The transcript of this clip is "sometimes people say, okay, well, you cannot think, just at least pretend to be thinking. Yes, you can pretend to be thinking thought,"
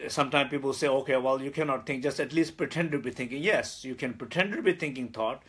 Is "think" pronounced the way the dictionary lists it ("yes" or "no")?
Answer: no